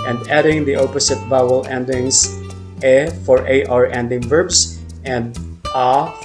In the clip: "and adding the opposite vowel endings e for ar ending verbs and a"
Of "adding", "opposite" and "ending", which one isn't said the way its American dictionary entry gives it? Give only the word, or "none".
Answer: opposite